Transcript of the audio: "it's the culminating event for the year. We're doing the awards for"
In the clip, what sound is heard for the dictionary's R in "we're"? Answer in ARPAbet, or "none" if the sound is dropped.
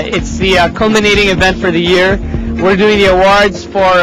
R